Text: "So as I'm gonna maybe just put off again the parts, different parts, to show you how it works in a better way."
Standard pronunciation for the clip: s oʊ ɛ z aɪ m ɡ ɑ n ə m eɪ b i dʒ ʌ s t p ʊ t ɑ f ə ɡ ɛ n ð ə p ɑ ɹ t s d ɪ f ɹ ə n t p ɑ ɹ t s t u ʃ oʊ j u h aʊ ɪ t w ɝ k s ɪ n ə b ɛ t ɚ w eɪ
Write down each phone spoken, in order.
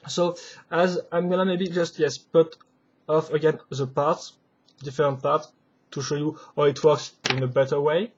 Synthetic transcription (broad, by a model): s oʊ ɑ z aɪ m ɡ ɑ n ə m eɪ b i dʒ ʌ s t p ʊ t ɑ f ə ɡ ɛ n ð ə p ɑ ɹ t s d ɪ f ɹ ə n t p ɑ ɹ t t u ʃ oʊ j u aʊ ɪ t w ɝ k s ɪ n ə b ɛ t ɚ w eɪ